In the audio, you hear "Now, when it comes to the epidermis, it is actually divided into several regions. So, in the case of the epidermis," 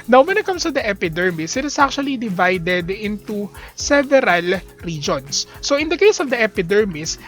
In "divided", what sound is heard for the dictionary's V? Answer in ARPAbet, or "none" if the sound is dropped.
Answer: V